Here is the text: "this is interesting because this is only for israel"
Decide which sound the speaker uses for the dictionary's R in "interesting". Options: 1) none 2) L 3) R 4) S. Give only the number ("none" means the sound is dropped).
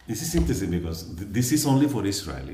1